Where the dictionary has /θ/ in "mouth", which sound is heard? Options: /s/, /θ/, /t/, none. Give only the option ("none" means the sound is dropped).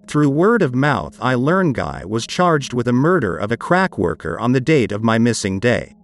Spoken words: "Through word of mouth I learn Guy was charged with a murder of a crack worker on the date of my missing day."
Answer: /θ/